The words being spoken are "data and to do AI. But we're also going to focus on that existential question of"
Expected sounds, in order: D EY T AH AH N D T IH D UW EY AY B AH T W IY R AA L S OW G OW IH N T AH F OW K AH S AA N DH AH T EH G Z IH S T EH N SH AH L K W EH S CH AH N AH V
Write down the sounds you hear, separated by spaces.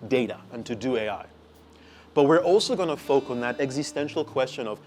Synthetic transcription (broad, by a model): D EY T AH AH N T IH D UW EY AY B AH T W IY R AA L S OW G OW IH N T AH F OW AH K N DH AH T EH G Z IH S T EH N SH L K W EH S CH AH N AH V